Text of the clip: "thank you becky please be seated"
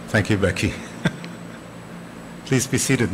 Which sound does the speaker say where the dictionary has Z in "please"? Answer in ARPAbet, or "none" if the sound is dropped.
Z